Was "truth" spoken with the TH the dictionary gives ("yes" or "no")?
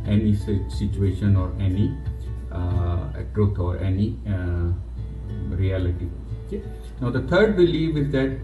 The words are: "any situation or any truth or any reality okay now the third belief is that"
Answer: no